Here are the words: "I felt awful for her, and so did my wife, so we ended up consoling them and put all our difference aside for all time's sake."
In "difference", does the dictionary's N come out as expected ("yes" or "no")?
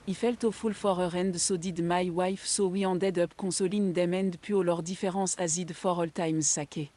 no